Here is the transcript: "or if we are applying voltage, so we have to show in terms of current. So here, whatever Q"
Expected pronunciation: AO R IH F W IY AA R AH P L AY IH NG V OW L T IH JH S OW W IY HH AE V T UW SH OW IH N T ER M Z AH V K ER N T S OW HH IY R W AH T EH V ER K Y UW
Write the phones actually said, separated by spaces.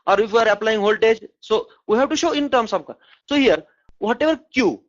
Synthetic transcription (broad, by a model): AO R IH F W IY AA R AH P L AY IH NG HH OW L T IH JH S OW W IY HH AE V T UW SH OW IH N T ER M S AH B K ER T S OW HH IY R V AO T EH V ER K Y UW